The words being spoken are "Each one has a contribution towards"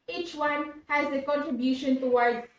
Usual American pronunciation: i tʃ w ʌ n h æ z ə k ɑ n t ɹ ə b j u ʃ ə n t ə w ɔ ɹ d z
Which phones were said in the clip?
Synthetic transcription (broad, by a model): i tʃ w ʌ n h æ z ə k ɑ n t ɹ ə b j u ʃ ə n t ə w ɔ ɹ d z